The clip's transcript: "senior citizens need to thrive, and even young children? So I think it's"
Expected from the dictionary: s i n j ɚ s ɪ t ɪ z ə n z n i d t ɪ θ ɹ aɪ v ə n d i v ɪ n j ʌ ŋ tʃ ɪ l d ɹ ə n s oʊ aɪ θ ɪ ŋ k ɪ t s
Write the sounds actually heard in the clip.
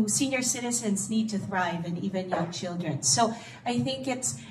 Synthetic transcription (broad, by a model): s i n j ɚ s ɪ t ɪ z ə n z n i d t ɪ θ ɹ aɪ v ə n i v ɪ n j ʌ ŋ tʃ ɪ l d ɹ ə n s oʊ aɪ θ ɪ ŋ k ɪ t s